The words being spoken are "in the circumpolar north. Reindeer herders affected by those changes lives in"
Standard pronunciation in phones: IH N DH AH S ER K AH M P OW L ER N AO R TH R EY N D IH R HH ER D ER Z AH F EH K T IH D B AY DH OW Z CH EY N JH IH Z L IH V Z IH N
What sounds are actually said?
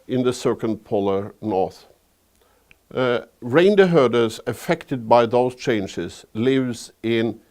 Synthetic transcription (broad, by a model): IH N DH AH S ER K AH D P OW L ER N AO R TH R EY N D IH HH ER D ER Z AH F EH K T IH D B AY DH OW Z CH EY N JH IH Z L IH V Z IH N